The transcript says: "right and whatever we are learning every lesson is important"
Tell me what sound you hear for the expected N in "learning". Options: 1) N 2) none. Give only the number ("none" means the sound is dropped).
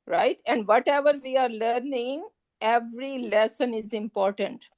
1